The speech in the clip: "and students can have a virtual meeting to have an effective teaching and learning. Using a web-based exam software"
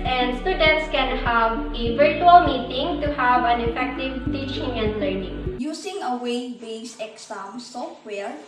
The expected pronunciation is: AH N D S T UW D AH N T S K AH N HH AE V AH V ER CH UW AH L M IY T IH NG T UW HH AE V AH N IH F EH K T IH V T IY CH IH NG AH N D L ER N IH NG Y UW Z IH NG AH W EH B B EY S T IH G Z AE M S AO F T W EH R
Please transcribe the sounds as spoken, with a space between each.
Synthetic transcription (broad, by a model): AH N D S T UW D AH N T S K AH N HH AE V AH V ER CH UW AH L M IY T IH NG T UW HH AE V AH N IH F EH K T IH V T IY CH IH NG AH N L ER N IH NG Y UW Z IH NG AH W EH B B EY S IH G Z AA M S AO F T W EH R